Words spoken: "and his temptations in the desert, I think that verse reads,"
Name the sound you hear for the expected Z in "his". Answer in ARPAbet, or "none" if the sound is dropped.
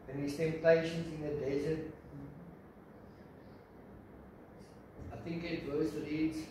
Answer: S